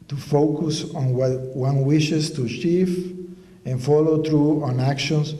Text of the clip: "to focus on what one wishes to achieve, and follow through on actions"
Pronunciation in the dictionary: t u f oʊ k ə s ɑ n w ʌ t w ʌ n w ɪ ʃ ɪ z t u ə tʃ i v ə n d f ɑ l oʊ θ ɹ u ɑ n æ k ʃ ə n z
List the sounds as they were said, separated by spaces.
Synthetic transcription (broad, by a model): t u f oʊ k ə s ɑ n w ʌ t w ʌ n w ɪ ʃ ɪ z t u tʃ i f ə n f ɑ l oʊ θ ɹ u ɑ n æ k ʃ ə n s